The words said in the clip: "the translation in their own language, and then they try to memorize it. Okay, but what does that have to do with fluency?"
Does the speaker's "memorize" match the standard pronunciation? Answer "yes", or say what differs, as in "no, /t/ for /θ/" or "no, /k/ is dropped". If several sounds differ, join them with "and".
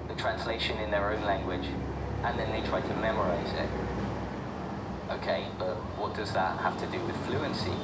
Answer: yes